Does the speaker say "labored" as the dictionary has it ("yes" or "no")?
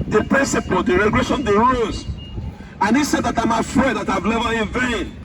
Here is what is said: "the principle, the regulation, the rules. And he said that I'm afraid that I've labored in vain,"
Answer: no